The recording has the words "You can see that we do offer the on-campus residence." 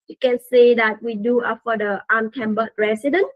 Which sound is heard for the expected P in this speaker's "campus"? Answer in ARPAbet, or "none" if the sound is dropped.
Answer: B